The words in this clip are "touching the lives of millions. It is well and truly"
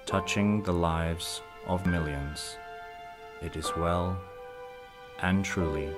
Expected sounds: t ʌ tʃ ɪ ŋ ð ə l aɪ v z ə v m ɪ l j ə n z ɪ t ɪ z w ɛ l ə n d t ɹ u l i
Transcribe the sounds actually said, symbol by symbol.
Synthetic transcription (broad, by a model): t ʌ tʃ ɪ ŋ ð ə l aɪ v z ə v m ɪ l j ə n z ɪ t ɪ z w ɛ l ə n t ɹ u l i